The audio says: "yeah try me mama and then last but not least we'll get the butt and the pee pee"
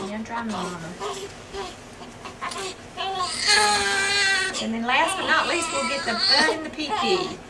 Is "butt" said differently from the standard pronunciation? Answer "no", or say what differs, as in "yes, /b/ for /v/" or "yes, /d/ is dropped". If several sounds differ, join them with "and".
yes, /t/ is dropped